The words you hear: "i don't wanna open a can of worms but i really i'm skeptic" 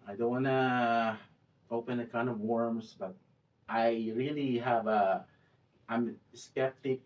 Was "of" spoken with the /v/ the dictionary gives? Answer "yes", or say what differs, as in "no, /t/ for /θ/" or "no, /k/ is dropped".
yes